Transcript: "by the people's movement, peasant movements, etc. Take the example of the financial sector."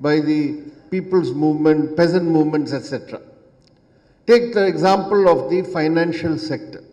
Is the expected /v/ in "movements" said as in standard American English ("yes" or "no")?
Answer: yes